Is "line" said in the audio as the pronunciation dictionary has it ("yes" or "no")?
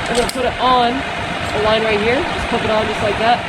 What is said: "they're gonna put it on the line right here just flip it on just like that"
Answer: yes